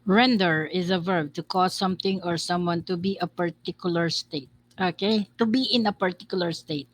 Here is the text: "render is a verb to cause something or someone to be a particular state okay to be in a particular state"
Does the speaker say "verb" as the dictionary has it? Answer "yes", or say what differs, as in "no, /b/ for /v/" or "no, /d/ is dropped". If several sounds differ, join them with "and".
yes